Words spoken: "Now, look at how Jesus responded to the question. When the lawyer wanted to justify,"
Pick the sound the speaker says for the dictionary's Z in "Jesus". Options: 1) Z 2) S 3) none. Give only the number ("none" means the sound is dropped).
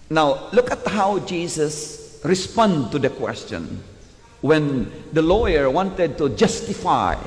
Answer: 2